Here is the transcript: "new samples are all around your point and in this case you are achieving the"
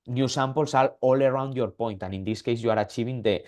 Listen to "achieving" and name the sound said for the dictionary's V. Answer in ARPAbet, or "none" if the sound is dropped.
B